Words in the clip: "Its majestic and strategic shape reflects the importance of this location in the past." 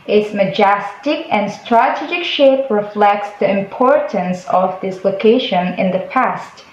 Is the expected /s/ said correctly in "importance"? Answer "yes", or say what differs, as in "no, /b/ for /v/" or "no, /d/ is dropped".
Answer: yes